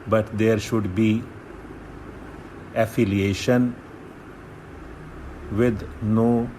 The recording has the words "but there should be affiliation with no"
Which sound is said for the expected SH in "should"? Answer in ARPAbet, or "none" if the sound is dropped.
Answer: SH